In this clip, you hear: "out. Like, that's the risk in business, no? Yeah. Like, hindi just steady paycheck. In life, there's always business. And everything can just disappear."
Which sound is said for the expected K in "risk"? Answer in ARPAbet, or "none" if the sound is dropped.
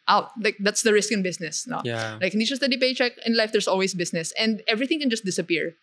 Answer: K